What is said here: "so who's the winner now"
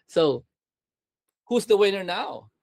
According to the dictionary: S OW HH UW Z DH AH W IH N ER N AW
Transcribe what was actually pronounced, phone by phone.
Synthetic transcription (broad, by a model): S OW HH UW Z DH AH W IH N ER N AW